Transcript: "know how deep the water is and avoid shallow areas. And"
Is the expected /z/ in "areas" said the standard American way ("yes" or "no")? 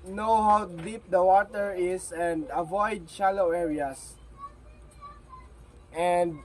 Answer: no